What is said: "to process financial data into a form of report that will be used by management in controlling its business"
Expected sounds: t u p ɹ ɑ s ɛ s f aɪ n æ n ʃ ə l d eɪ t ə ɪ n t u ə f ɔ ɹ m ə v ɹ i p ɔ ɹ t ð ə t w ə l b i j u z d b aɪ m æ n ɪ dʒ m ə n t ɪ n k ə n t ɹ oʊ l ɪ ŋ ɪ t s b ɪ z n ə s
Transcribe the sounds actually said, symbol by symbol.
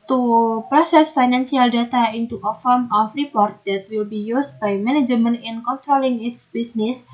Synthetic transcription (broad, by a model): t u p ɹ ɑ s ɛ s f aɪ n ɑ n s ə l d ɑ t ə ɪ n t u ə f ɔ ɹ m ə f ɹ i p ɔ ɹ t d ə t w ə l b i j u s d b aɪ m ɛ n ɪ dʒ m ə n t ɪ n k ə n t ɹ oʊ l ɪ ŋ ɪ t s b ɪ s n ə s